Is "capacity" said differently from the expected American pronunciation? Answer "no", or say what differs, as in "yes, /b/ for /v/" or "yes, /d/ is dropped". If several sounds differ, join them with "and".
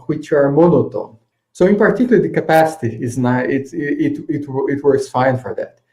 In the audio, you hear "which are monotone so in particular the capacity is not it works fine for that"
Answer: no